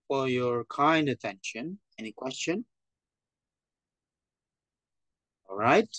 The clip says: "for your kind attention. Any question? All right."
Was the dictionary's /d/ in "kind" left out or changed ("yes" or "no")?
no